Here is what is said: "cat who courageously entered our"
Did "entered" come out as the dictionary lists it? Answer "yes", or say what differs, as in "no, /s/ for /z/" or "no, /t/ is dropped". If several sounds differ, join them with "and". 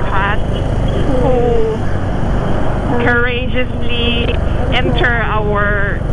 no, /d/ is dropped